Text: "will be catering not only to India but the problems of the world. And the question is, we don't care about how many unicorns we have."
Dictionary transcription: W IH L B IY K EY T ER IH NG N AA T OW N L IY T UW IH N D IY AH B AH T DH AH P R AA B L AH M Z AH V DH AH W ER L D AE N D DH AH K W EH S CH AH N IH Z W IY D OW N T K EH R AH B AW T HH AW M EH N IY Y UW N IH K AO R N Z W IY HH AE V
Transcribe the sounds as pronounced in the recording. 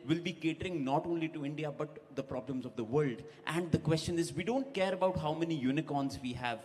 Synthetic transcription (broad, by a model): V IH L B IY K EY T ER IH NG N AA T OW N L IY T UW IH N D IY AH B AH T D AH P R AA B L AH M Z AH V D AH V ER L D AE N D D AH K W EH S CH AH N IH Z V IY D OW N T K EH R AH B AW T HH AW M EH N IY Y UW N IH K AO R N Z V IY HH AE V